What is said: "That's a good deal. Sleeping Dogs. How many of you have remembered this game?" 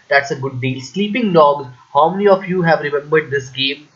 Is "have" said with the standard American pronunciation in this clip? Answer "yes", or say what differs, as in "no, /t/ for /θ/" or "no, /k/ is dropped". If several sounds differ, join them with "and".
yes